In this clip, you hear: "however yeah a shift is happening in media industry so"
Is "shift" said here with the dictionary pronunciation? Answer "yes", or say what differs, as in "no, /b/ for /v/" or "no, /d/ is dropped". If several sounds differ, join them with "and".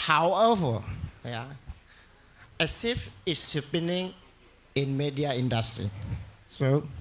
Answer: no, /s/ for /ʃ/ and /t/ is dropped